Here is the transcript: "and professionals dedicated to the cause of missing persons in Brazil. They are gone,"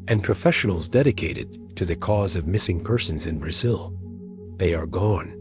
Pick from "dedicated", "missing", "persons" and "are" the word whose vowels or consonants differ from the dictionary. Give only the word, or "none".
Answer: none